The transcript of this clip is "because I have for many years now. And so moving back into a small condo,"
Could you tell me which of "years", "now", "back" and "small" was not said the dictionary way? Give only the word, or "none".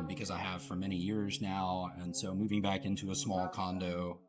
none